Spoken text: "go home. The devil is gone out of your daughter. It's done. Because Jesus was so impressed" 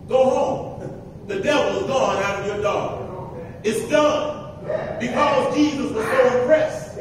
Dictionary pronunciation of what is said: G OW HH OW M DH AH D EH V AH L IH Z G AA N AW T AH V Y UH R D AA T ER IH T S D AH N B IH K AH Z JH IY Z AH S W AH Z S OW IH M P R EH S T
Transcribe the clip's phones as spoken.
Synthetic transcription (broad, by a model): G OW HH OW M DH AH D EH V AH L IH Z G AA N AW T AH V Y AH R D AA IH T S D AH N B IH K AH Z JH IY Z AH S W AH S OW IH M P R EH S